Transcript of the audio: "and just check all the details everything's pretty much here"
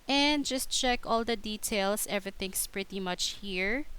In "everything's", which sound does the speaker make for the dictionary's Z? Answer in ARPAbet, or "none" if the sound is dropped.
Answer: S